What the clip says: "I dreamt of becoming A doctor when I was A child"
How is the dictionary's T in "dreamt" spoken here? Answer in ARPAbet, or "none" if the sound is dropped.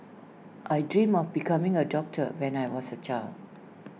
none